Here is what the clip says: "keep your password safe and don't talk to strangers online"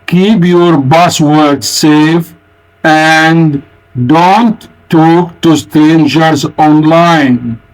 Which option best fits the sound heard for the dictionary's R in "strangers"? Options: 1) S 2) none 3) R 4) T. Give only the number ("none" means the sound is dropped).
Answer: 2